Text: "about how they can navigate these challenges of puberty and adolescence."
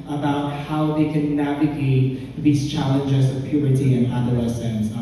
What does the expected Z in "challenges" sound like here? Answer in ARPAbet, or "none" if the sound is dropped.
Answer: Z